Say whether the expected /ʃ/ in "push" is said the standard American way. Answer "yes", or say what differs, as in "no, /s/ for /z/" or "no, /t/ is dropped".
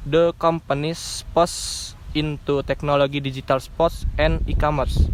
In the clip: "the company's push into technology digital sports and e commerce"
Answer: no, /s/ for /ʃ/